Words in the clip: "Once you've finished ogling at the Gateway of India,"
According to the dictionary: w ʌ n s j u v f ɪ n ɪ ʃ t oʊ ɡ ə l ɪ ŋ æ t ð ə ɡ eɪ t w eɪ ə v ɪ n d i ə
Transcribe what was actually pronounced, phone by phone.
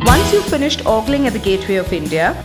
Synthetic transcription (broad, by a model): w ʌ n s j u f ɪ n ɪ ʃ t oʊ ɡ l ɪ ŋ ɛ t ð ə ɡ eɪ t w eɪ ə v ɪ n d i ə